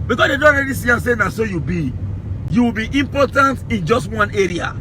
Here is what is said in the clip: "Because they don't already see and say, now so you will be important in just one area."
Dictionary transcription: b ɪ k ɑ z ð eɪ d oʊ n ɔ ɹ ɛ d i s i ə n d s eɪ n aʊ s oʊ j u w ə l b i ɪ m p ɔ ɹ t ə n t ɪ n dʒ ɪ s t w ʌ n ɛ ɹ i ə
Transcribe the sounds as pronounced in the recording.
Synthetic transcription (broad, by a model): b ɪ k ɑ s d eɪ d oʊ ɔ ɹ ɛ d i s i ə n s eɪ n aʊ s oʊ j u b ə w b i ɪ m p ɔ t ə n t ɪ n dʒ ɪ s t w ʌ n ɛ ɹ i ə